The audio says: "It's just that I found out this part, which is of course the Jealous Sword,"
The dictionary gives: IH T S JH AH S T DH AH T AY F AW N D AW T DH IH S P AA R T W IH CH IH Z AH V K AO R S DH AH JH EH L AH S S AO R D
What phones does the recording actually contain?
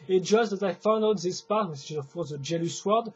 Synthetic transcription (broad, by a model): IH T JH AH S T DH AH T AY F AW N D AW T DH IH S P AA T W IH S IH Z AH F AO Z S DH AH JH EH L AH S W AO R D